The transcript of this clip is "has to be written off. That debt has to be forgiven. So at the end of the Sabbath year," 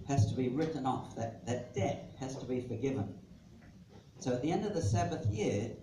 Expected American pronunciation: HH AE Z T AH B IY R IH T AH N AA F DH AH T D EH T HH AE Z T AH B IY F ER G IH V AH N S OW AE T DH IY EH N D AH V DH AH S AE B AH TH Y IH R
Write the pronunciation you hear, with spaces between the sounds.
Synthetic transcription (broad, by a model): HH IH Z T AH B IY R IH T N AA F DH AH T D EH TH HH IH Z T AH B IY F ER G IH V AH N S OW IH T DH IY EH N D AH V DH AH S AE B AH TH Y IH R